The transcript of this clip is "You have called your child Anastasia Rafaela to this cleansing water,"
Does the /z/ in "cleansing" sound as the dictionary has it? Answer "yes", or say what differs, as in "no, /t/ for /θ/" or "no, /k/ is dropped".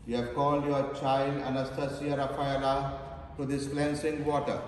no, /s/ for /z/